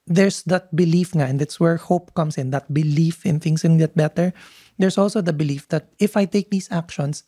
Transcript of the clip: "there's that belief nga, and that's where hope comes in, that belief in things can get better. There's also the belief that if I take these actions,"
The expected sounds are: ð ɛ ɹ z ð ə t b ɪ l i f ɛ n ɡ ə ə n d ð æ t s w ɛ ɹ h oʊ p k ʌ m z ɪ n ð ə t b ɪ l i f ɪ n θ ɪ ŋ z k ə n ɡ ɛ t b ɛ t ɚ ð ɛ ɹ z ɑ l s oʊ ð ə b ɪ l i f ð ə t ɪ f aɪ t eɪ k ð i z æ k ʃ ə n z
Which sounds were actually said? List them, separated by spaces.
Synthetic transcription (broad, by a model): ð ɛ ɹ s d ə t b ɪ l i f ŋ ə ə n d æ t s w ɛ ɹ h oʊ p k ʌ m s ɪ n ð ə t b ɪ l i f ɪ n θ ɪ ŋ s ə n ɡ ɛ t b ɛ t ɚ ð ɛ ɹ s ɑ l s oʊ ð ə b ɪ l i f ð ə t ɪ f aɪ t eɪ k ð i s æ k ʃ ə n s